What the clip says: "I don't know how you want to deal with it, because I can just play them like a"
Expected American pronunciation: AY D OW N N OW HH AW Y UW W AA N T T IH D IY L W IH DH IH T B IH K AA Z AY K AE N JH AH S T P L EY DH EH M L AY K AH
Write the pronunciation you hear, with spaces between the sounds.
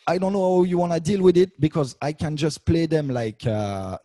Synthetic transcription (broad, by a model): AY D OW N N OW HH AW Y UW W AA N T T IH D IY L W IH DH IH T B IH K AA Z AY K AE N JH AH S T P L EY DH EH M L AY K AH